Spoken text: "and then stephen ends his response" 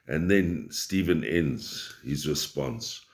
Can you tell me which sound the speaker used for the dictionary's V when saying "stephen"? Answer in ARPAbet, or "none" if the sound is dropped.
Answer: V